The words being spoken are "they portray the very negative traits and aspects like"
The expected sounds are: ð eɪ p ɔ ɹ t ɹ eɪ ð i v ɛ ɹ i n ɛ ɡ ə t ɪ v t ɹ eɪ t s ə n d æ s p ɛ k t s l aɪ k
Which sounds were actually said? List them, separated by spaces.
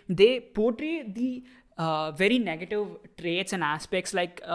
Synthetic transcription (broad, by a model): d eɪ p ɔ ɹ t ɹ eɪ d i v ɛ ɹ i n ɛ ɡ ə t ɪ v t ɹ eɪ t s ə n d æ s p ɛ k t s l aɪ k